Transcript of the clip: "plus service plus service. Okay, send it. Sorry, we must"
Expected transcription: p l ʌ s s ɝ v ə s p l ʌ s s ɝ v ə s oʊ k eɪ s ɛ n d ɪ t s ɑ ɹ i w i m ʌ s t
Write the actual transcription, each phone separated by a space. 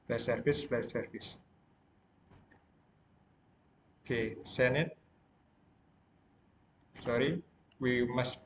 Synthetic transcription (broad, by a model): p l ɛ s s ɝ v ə s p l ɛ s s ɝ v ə s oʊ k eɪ s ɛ n ɪ t s ɑ ɹ i w i m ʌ s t